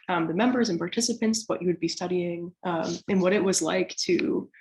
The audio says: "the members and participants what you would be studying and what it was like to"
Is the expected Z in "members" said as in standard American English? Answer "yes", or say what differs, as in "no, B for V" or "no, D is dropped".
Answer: yes